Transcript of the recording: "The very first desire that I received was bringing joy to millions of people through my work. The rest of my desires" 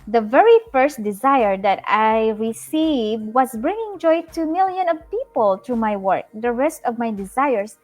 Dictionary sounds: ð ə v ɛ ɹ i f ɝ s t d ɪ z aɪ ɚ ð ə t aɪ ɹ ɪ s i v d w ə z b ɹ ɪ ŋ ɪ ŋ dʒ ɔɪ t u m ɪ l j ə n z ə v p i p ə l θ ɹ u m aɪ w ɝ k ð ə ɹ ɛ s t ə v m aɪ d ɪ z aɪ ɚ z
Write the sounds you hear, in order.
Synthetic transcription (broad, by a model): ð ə v ɛ ɹ i f ɝ s t d ɪ z aɪ ɚ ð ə t aɪ ɹ ɪ s i v d w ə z b ɹ ɪ ŋ ɪ ŋ dʒ ɔɪ t u m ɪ l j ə n ə v p i p ə l t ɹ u m aɪ w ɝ k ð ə ɹ ɛ s t ə v m aɪ d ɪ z aɪ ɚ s